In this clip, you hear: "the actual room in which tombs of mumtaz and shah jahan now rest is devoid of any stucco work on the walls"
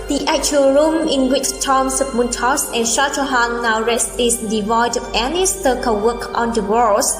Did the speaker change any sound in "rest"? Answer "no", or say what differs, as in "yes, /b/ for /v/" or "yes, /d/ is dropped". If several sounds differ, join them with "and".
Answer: yes, /t/ is dropped